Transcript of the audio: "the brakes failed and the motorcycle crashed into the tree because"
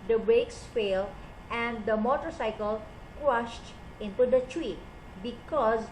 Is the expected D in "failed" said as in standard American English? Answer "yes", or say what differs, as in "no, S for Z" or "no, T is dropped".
no, D is dropped